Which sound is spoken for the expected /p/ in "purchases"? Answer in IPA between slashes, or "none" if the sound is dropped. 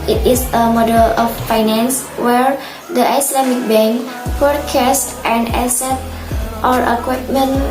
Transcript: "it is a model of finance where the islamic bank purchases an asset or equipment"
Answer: /f/